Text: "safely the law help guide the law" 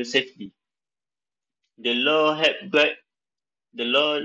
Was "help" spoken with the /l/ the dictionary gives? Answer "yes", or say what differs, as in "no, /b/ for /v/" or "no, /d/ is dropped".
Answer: no, /l/ is dropped